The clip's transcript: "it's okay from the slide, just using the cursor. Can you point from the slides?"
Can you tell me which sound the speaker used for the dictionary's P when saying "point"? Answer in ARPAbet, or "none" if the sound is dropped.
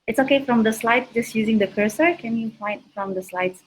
F